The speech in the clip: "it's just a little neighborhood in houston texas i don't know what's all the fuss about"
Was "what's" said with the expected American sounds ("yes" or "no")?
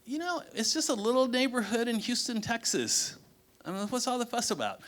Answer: yes